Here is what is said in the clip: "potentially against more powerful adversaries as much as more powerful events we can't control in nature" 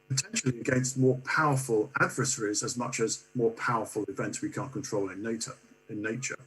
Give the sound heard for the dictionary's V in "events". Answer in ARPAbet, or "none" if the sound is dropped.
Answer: V